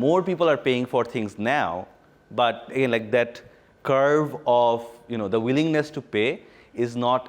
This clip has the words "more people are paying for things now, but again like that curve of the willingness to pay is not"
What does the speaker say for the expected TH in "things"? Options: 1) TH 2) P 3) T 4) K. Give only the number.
3